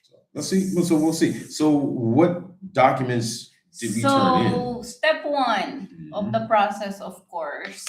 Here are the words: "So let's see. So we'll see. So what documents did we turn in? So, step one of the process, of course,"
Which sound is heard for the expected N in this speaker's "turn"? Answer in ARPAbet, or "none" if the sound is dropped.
none